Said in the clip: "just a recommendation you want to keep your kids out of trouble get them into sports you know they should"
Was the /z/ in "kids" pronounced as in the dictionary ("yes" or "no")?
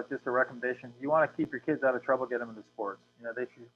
yes